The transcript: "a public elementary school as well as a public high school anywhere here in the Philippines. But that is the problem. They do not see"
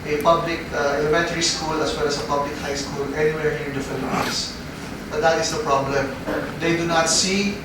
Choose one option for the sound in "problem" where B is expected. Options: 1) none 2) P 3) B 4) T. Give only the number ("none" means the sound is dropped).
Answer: 3